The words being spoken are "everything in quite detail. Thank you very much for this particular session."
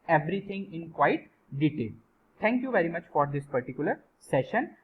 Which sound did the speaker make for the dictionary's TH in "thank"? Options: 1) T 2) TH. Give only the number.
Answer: 1